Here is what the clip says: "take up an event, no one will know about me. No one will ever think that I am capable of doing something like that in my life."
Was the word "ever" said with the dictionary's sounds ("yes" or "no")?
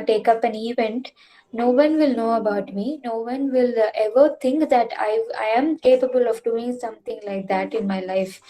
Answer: yes